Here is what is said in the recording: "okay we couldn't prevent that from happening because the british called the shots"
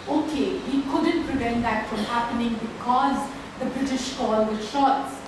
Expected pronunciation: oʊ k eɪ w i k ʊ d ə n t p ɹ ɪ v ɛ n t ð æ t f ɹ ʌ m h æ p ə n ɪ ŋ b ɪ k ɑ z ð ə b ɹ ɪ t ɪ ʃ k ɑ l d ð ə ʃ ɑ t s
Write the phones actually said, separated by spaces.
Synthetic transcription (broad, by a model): oʊ k eɪ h i k ʊ d ə n t p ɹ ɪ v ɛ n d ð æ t f ɹ ʌ m h æ p ə n ɪ ŋ b ɪ k ɑ z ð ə b ɹ ɪ t ɪ ʃ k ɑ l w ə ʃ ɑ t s